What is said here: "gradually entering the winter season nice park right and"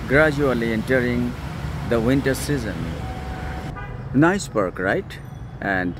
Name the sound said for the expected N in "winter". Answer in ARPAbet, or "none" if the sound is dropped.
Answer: N